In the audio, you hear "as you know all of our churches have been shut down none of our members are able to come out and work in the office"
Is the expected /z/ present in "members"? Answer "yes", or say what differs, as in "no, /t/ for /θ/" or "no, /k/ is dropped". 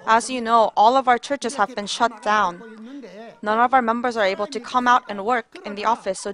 yes